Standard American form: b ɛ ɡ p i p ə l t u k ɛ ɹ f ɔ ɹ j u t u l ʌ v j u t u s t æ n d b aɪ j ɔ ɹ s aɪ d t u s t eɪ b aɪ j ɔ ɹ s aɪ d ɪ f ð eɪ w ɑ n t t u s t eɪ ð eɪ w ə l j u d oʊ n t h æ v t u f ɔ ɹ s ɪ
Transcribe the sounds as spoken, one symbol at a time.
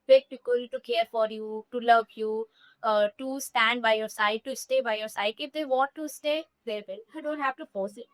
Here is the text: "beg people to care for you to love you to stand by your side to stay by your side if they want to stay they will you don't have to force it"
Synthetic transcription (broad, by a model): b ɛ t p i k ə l t u k ɛ ɹ f ɔ ɹ j u t u l ʌ v j u t u s t æ n d b aɪ j ɔ ɹ s aɪ d t u s t eɪ b aɪ j ɔ ɹ s aɪ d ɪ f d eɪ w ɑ t t u s t eɪ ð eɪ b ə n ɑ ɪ d oʊ n t h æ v t u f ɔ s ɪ